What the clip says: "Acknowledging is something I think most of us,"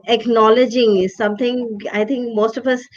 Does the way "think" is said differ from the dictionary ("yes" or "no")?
yes